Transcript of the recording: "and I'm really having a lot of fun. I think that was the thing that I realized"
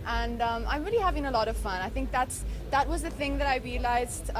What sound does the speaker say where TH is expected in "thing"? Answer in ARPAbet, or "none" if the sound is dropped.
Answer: TH